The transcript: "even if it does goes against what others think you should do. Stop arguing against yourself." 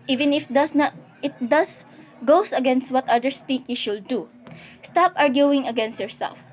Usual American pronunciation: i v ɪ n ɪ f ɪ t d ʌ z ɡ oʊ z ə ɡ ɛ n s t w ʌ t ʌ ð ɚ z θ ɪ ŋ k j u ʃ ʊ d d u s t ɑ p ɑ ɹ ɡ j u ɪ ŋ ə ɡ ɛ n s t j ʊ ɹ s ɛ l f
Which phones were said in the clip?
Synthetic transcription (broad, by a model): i v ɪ n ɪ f ɪ t d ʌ s ɡ oʊ s ə ɡ ɛ n s t w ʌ t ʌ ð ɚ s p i k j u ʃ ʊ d d u s t ɑ p ɑ ɹ ɡ j u ɪ ŋ ə ɡ ɛ n s t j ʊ ɹ s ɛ l f